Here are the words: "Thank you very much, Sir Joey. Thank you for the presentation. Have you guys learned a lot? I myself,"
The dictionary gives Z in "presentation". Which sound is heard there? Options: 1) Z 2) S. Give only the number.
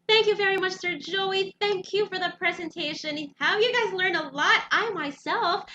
1